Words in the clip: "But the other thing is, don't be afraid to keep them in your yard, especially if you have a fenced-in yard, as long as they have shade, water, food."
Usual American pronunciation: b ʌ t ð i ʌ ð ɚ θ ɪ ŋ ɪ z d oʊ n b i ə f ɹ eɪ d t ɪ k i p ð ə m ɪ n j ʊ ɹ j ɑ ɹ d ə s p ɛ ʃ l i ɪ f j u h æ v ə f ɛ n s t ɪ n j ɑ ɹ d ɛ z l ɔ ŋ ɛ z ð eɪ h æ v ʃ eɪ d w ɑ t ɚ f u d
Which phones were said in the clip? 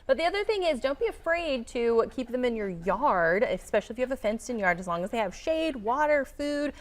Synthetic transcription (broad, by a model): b ʌ t ð i ʌ ð ɚ θ ɪ ŋ ɪ z d oʊ n b i ə f ɹ eɪ d t ɪ k i p ð ə m ɪ n j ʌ ɹ j ɑ ɹ d ə s p ɛ ʃ l i ɪ f j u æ v ə f ɛ n s t ɪ n j ɑ ɹ d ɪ z l ɔ ŋ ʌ z ð eɪ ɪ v ʃ eɪ d w ɑ t ɚ f u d